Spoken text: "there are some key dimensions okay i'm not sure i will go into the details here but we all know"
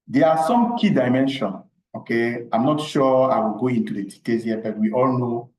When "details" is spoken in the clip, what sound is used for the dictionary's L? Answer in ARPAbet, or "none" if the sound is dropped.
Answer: none